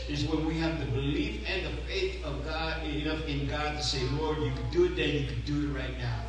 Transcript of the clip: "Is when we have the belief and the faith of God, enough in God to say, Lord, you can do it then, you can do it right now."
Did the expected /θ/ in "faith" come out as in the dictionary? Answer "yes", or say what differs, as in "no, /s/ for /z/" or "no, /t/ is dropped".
yes